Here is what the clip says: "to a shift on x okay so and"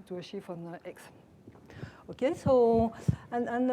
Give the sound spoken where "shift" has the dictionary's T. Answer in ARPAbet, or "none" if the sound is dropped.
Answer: none